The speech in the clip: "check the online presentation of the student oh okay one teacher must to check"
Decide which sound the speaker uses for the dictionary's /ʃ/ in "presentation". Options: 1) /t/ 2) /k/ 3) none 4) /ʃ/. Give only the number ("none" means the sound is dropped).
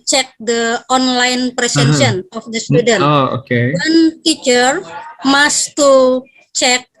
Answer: 3